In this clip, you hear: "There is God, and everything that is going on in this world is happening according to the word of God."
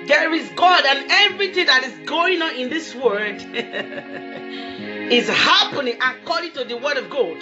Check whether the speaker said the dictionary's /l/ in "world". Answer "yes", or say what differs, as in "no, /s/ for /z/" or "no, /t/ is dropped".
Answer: no, /l/ is dropped